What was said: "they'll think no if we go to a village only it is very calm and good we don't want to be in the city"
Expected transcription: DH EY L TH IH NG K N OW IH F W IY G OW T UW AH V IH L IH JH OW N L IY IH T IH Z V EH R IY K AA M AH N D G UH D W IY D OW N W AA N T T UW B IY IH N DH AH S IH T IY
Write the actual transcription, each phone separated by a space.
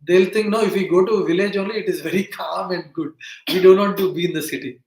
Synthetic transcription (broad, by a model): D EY L T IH NG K N OW IH F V IY G OW T UW V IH L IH JH OW N L IY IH T IH Z V EH R IY K AA M AH N D G UH D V IY D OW N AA T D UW B IY IH N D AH S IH T IY